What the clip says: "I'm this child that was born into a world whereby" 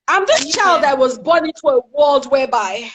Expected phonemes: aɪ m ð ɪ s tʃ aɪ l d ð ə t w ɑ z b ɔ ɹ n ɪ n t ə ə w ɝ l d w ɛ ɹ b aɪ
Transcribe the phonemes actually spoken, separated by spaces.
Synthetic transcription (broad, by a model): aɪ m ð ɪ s tʃ aɪ l d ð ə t w ɑ z b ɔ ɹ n ɪ n t ə ə w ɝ l d w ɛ b aɪ